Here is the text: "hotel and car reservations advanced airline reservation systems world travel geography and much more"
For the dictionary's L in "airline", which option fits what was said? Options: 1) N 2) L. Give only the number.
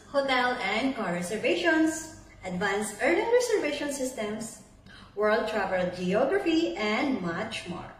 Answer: 1